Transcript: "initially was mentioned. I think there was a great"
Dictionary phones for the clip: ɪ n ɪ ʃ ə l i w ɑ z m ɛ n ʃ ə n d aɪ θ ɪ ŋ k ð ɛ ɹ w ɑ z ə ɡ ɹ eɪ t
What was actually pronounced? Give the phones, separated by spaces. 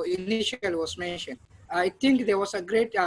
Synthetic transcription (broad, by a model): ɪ n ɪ ʃ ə l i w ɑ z m ɛ n ʃ ə n d aɪ t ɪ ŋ k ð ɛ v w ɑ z ə ɡ ɹ eɪ t